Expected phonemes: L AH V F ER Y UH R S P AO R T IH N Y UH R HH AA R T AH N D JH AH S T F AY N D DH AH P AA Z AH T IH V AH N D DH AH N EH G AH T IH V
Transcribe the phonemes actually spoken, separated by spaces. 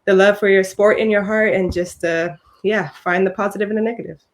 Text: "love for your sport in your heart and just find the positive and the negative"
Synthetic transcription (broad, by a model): L AH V F ER Y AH R S P AO R T IH N Y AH R HH AA R T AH N JH AH S T F AY N DH AH P AA Z AH T IH V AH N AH N EH G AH T IH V